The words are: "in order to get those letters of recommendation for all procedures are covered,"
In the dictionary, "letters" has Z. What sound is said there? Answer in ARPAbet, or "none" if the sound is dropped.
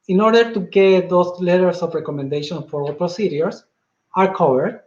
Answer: S